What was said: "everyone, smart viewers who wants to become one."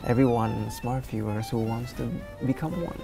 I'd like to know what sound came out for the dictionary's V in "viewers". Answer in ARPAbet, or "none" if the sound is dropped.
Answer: F